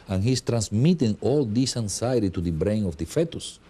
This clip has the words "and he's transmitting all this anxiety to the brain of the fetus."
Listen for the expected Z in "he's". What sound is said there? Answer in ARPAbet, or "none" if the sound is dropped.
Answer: S